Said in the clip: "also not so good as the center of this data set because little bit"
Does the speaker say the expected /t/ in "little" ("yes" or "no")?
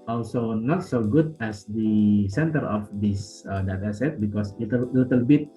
yes